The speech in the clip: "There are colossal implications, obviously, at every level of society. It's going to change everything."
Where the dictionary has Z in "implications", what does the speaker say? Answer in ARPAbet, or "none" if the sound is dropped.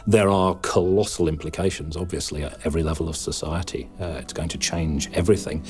Z